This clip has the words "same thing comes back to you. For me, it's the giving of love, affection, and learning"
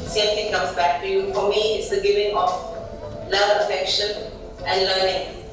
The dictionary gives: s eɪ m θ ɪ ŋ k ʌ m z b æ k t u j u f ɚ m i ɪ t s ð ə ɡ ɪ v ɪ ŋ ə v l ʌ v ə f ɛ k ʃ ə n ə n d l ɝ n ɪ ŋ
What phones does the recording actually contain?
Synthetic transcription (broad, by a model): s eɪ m t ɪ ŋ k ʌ m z b æ k t u j u f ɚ m i ɪ t s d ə ɡ ɪ v ɪ ŋ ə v l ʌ ə f ɛ k ʃ ə n ə n d l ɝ n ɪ ŋ